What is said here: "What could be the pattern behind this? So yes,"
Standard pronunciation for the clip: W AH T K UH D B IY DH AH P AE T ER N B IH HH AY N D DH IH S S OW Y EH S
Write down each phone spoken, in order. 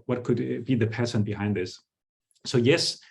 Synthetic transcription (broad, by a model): W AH T K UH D B IY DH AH P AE S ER N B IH HH AY N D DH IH S S OW Y EH S